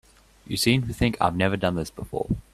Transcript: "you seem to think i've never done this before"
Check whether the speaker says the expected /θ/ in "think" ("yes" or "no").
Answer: yes